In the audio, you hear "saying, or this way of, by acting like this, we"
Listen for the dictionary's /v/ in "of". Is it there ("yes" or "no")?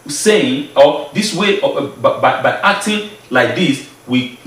no